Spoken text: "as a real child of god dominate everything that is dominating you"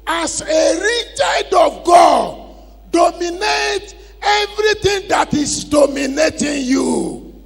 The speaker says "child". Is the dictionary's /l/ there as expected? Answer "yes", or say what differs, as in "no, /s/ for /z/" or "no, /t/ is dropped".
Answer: no, /l/ is dropped